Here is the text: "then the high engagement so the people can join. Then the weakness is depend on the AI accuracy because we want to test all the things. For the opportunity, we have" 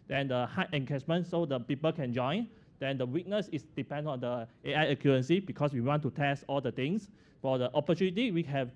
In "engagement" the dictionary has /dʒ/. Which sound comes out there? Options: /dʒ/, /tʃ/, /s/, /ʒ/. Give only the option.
/tʃ/